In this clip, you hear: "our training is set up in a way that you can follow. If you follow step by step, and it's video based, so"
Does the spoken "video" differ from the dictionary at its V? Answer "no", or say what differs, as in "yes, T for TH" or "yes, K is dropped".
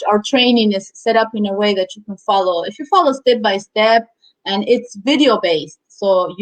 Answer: no